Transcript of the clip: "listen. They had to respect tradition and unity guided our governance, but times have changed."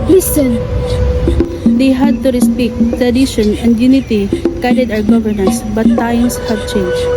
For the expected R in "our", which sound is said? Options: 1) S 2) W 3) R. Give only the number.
2